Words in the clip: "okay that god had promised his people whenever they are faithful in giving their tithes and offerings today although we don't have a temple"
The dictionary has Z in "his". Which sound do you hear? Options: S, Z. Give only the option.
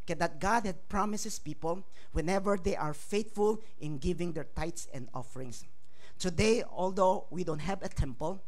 S